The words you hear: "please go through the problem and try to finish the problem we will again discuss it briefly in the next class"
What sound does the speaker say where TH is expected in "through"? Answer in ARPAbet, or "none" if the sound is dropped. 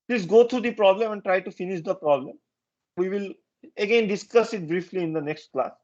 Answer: T